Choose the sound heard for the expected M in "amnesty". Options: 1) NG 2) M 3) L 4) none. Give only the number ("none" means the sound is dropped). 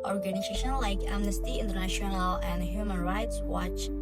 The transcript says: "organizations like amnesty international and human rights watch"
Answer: 2